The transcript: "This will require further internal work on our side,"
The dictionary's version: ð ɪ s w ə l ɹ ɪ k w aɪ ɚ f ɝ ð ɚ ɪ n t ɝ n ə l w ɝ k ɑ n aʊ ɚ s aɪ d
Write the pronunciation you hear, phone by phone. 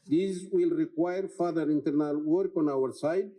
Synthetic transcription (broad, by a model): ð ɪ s w ə l ɹ ɪ k w aɪ ɚ f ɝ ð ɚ ɪ n t ɝ n ə l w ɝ k ɑ n aʊ ɚ s aɪ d